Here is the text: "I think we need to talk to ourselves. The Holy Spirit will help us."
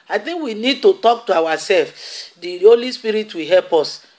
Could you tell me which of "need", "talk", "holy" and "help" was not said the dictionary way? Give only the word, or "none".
none